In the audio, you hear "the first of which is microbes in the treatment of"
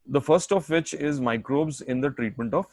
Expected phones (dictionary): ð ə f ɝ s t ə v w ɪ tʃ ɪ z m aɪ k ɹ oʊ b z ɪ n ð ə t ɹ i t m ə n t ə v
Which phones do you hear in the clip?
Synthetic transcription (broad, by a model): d ə f ɝ s t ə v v ɪ tʃ ɪ z m aɪ k ɹ oʊ b z ɪ n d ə t ɹ i t m ə n t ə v